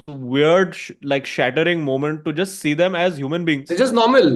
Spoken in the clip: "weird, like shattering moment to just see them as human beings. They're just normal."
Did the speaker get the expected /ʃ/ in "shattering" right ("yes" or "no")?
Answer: yes